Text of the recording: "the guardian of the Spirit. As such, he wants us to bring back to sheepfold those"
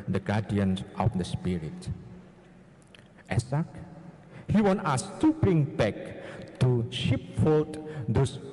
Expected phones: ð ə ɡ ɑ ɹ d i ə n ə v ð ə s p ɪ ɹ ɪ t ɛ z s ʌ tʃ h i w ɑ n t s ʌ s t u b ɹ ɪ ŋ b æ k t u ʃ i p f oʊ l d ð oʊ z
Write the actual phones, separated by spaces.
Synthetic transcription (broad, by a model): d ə ɡ ɑ d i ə n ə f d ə s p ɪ ɹ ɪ t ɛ s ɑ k h i w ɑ n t ɑ s t u b ɹ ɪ ŋ b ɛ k t u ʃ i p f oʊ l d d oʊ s